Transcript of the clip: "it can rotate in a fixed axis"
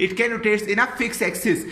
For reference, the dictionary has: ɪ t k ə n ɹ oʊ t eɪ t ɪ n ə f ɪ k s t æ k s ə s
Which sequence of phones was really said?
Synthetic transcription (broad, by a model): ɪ t k ə n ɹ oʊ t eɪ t ɪ n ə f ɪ k s æ k s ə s